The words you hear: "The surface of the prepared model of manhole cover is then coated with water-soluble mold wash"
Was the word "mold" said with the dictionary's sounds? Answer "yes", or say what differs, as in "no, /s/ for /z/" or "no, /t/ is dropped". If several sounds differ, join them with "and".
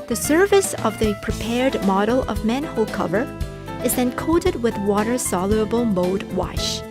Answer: no, /l/ is dropped